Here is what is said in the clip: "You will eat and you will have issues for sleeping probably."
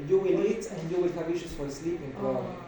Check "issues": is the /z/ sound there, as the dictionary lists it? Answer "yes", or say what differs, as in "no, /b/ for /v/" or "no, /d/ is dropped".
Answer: no, /s/ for /z/